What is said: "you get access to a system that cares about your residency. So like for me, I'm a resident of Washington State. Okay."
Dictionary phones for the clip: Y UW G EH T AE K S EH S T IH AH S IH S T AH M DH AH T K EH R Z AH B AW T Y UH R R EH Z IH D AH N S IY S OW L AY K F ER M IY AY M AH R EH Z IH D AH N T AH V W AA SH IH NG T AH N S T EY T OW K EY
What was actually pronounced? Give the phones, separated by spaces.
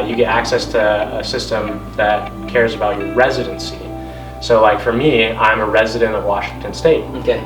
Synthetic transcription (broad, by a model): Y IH G EH T AE K S EH S T IH AH S IH S T AH M DH AH T K EH R Z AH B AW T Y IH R R EH Z IH D AH N S IY S OW L AY K F ER M IY AY M AH R EH Z IH D AH N T AH V W AA SH IH NG T AH N S T EY T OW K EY